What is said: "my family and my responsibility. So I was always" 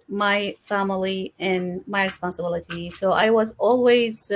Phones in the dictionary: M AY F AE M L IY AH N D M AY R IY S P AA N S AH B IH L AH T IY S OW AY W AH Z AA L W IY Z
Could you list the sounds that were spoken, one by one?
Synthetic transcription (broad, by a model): M AY F AE M L IY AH N M AY R IY S P AA N S AH B IH L AH T IY S OW AY W AH Z AA L W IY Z